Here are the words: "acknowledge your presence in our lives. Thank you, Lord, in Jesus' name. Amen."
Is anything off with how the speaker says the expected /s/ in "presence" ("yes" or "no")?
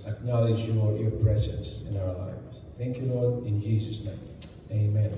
no